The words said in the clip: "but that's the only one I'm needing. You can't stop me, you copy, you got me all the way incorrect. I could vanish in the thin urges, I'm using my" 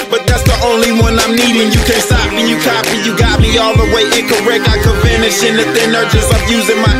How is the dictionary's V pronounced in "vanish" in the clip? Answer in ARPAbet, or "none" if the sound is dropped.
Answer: F